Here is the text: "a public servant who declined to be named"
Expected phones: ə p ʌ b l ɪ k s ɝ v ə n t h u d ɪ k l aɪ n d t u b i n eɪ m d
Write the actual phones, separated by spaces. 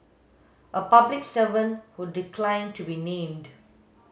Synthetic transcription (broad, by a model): ə p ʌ b l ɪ k s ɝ v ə n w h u d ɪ k l aɪ n t u b i n eɪ m d